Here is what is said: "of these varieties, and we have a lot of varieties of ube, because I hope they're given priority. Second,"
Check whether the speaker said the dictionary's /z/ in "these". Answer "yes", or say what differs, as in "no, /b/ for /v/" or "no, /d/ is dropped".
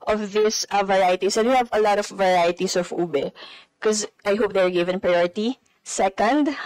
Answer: no, /s/ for /z/